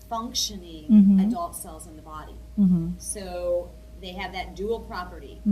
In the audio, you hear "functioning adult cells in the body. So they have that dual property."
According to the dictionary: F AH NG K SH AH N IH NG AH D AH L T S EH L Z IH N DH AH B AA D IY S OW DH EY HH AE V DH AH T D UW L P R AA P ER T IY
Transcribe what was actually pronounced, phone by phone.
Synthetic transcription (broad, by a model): F AH NG K SH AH N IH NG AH D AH L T S EH L Z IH N DH AH B AA D IY S OW DH EY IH V DH AH T D UW L P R AA P ER T IY